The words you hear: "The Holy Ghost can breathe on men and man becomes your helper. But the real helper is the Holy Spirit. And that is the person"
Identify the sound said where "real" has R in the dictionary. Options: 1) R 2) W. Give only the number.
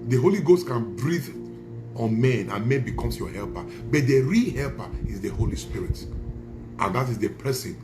1